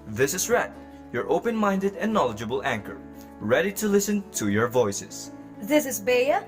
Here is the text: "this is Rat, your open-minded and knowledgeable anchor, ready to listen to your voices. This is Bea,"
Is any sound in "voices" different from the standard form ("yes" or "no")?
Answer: yes